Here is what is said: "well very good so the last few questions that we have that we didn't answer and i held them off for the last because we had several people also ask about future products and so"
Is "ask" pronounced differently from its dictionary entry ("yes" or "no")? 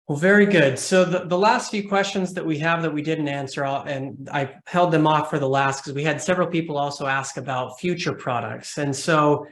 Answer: no